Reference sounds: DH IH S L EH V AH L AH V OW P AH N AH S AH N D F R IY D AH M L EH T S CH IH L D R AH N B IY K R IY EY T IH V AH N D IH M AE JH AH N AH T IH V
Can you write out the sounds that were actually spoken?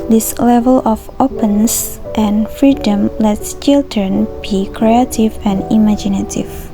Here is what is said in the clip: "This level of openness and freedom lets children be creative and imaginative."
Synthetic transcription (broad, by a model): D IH S L EH V AH L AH F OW P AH N S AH N F R IY D AH M L EH T S CH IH L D R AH N B IY K R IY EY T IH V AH N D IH M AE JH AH N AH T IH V